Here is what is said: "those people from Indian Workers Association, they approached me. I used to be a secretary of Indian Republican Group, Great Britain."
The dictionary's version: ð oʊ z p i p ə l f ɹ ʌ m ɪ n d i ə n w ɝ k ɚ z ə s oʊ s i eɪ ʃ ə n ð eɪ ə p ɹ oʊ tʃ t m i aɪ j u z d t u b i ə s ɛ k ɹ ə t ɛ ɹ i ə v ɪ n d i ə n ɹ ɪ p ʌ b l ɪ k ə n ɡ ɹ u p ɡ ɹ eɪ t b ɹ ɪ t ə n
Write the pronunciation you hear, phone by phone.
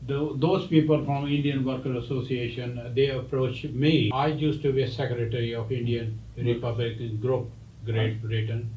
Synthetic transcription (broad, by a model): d oʊ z p i p ə l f ɹ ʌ m ɪ n d i ə n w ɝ k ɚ ə s oʊ s i eɪ ʃ ə n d eɪ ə p ɹ oʊ tʃ m i aɪ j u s t u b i s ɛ k ɹ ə t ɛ ɹ i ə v ɪ n d i ə n ɹ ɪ p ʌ b l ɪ k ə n ɡ ɹ u p ɡ ɹ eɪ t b ɹ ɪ t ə n